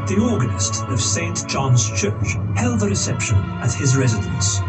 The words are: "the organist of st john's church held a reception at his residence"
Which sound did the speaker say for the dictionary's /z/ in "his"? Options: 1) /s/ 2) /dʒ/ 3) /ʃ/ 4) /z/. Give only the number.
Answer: 4